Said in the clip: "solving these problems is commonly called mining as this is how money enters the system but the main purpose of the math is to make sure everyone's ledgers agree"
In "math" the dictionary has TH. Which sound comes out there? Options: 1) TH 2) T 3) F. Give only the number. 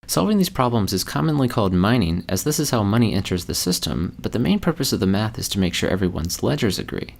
1